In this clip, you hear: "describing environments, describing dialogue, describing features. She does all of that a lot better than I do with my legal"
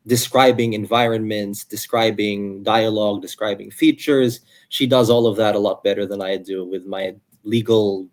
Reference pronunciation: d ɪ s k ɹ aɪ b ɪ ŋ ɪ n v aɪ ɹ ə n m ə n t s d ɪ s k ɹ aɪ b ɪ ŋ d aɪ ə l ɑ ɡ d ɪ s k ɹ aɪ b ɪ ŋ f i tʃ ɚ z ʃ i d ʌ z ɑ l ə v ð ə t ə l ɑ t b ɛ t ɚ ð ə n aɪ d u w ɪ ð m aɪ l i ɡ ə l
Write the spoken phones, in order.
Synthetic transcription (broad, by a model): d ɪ s k ɹ aɪ b ɪ ŋ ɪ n v aɪ ɹ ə n m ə n t s d ɪ s k ɹ aɪ b ɪ ŋ d aɪ ə l ɑ ɡ d ɪ s k ɹ aɪ b ɪ ŋ f i tʃ ɚ z ʃ i d ʌ z ɑ l ə v ð ə t ə l ɑ t b ɛ t ɚ ð ə n aɪ d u w ɪ ð m aɪ l i ɡ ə l